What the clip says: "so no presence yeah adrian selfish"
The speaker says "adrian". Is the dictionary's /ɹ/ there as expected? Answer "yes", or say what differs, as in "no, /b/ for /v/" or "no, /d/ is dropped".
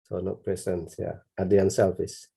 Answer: no, /ɹ/ is dropped